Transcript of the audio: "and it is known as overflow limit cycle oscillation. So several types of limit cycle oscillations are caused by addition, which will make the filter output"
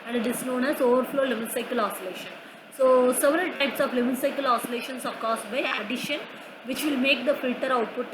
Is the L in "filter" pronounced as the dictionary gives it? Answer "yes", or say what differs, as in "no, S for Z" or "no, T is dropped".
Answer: yes